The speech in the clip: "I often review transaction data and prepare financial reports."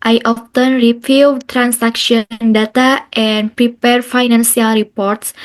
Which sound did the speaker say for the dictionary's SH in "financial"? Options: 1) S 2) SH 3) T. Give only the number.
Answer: 1